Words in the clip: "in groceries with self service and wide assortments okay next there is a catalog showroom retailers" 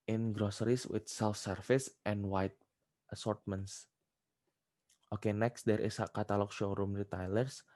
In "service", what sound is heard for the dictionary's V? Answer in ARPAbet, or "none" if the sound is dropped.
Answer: F